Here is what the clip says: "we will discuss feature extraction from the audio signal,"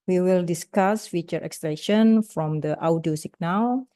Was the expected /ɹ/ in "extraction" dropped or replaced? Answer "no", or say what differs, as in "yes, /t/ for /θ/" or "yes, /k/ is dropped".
yes, /ɹ/ is dropped